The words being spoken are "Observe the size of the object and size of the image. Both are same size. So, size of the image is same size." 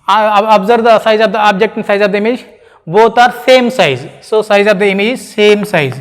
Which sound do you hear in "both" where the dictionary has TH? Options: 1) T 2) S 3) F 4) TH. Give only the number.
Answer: 1